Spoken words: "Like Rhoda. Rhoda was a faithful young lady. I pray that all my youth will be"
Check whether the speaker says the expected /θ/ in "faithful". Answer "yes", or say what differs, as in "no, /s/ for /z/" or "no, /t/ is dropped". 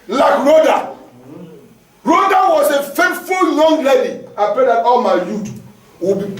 no, /t/ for /θ/